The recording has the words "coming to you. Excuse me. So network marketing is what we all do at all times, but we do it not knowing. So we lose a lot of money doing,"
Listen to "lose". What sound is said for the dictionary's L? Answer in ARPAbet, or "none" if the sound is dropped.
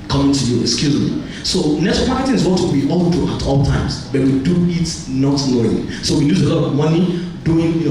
N